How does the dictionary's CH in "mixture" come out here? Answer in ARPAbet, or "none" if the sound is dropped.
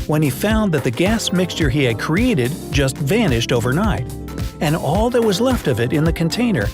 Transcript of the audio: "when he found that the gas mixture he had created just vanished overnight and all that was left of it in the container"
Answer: CH